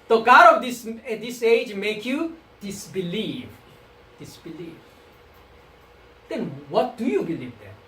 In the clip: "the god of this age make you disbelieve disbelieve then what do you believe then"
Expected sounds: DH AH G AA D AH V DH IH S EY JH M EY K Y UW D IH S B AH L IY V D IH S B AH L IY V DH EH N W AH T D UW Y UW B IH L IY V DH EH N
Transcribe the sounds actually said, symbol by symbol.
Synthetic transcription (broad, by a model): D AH G AA D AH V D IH S EY JH M EY K Y UW D IH S B AH L IY V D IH S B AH L IY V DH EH N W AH T D UW Y UW B IH L IY V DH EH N